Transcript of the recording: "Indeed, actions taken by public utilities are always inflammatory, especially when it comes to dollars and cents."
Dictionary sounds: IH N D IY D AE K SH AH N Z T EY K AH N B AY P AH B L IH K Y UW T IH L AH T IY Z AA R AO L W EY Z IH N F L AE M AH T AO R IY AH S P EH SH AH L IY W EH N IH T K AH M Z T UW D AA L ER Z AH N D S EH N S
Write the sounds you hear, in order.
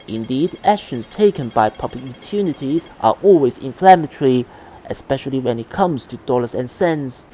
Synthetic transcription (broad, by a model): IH N D IY D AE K SH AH N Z T EY K AH N B AY P AH B L IH K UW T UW N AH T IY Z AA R AO L W EY Z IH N F L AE M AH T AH R IY AH S P EH SH AH L IY W EH N IH T K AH M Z T UW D AA L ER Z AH N S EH N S